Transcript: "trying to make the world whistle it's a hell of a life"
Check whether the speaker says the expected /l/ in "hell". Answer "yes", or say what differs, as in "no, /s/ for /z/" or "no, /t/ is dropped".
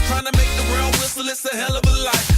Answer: yes